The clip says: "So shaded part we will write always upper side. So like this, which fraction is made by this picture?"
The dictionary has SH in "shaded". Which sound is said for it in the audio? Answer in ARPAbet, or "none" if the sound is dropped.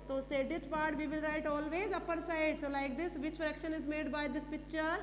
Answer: S